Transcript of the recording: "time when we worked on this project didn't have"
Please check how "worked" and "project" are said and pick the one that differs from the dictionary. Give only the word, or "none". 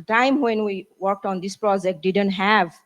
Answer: none